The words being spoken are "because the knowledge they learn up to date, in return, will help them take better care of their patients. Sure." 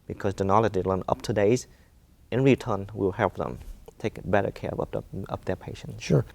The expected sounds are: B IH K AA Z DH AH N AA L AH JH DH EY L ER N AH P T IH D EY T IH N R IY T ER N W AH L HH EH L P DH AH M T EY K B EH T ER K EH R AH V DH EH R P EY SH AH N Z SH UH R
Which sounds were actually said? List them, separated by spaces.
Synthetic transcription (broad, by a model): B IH K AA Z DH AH N AA L AH JH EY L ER N AH P T IH D EY T IH N R IY T ER N W AH L HH EH L P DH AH M T EY K B EH T ER K EH R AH P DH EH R P EY SH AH N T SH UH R